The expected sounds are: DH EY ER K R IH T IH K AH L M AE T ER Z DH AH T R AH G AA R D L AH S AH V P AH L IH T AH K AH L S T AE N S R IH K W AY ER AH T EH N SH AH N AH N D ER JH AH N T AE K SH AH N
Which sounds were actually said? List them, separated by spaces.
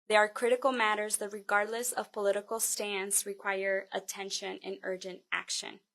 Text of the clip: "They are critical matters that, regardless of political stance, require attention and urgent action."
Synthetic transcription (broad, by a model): DH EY ER K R IH T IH K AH L M AE T ER Z DH AH T R AH G AA R D L AH S AH V P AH L IH T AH K L S T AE N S R IH K W AY ER AH T EH N SH AH N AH N ER JH AH N T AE K SH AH N